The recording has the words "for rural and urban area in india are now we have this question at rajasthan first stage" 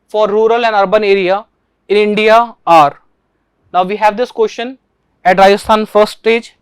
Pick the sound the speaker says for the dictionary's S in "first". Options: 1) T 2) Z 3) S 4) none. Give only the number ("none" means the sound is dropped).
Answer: 4